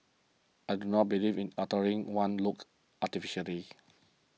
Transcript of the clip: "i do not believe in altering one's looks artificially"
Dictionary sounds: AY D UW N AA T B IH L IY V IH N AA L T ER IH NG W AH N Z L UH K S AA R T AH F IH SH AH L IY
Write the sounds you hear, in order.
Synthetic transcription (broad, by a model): AY D UW N AA T B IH L IY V IH N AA T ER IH NG W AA N L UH K AA T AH F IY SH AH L IY